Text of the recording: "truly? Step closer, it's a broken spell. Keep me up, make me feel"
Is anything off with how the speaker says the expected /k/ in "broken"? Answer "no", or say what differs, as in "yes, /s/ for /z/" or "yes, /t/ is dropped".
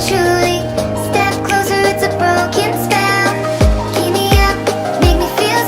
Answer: no